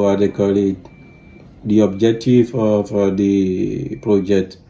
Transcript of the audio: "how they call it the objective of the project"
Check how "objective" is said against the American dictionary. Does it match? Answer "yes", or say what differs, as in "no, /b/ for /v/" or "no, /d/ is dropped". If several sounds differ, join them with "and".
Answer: no, /f/ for /v/